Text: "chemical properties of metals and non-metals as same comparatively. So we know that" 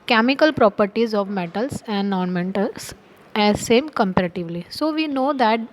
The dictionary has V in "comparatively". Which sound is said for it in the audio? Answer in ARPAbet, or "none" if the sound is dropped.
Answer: V